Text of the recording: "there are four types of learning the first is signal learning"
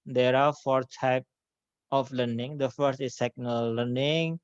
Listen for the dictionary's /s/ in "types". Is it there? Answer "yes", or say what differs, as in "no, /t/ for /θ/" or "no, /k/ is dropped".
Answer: no, /s/ is dropped